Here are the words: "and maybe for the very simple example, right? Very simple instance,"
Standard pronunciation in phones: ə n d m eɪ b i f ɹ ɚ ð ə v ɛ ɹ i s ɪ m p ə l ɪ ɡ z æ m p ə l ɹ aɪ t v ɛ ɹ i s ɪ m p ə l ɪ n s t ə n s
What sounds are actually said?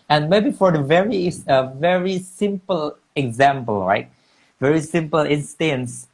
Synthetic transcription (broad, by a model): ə n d m eɪ b i f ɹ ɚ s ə v ɛ ɹ i s ɪ m p ə l ɪ ɡ z æ m p ə l ɹ aɪ t v ɛ ɹ i s ɪ m p ə l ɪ n s t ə n s